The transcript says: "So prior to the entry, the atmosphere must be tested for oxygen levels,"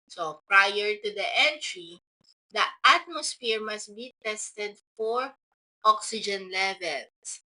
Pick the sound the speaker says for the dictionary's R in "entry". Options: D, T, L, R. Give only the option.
R